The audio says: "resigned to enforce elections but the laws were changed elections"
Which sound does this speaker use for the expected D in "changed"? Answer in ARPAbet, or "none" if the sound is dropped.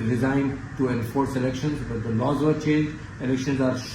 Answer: none